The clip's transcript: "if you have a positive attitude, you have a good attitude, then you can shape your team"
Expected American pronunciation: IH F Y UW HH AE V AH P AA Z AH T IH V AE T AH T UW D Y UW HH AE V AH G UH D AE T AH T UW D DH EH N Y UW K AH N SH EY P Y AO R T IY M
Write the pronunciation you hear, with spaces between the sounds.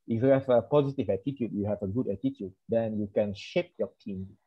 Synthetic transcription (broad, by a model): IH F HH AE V AH P AA Z AH T IH V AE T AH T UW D Y UW HH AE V AH G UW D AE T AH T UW D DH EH N Y UW K AH N SH EY P Y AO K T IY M